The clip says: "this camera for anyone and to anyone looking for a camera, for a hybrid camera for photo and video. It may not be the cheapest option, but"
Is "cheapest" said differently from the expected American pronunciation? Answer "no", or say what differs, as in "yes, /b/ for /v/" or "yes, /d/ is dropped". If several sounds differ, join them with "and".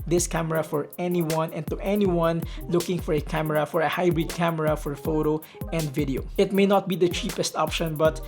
no